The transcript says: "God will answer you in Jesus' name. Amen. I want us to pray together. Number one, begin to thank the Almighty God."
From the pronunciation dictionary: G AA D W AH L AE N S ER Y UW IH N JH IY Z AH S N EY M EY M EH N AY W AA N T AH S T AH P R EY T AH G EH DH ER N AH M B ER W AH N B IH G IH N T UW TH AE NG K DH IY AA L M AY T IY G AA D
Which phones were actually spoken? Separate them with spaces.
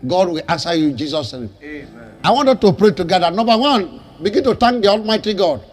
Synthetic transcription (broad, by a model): G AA D W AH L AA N S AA Y UW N JH IY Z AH S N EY EY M AY W AA N T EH T AH P R EY T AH G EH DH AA N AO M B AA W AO N B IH G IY N T UW T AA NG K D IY AA L M AY T IY G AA D